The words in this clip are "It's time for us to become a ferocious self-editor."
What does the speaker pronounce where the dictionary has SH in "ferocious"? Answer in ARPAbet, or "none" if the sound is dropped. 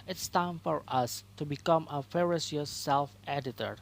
S